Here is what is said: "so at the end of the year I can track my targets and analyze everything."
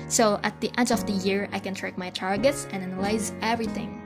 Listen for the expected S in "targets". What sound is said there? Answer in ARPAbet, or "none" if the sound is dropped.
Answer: S